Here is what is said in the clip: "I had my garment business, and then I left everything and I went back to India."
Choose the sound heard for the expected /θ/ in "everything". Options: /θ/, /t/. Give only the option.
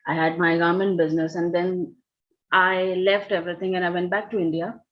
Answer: /t/